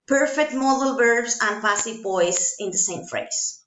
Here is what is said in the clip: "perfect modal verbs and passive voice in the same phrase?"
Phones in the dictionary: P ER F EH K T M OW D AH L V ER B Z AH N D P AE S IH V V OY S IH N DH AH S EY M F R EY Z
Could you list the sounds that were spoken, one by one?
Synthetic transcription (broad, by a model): P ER F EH K T M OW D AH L B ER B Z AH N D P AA S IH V P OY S IH N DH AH S EY M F R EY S